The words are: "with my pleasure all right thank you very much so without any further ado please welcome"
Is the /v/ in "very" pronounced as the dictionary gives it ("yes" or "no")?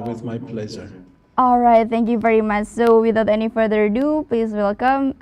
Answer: yes